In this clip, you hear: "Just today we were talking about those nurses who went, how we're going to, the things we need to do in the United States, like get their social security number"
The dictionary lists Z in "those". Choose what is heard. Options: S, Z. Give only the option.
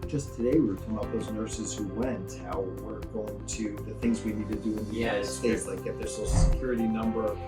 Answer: Z